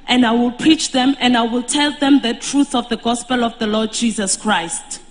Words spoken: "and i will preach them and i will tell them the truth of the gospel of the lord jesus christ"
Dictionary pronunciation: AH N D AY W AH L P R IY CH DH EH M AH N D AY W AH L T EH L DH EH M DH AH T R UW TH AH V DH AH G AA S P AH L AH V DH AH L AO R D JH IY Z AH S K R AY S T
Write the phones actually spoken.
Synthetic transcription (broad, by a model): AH N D AY W AH L P R IY CH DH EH M AH N D AY W AH L T EH L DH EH M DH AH T R UW TH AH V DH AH G AA S P AH L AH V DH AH L AO D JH IY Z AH S K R AY S T